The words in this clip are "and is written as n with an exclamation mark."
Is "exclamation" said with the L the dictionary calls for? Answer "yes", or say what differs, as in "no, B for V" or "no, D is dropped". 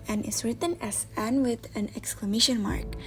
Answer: yes